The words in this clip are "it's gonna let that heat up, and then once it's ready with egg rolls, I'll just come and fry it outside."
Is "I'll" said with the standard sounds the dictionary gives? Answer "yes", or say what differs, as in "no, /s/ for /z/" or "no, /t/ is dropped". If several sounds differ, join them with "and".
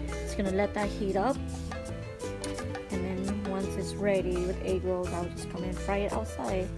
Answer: no, /w/ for /l/